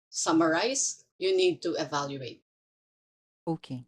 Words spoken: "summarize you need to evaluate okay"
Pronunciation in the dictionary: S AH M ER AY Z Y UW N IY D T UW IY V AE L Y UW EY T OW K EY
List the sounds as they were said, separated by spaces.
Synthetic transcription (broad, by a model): S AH M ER AY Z Y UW N IY D T UW IY V AE L Y UW EY T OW K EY